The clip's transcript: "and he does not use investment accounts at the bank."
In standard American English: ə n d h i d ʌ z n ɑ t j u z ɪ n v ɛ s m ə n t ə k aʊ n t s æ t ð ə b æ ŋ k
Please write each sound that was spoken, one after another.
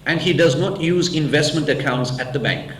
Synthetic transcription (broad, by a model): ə n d h i d ʌ z n ɑ t j u z ɪ n v ɛ s m ə n t ə k aʊ n t s æ t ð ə b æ ŋ k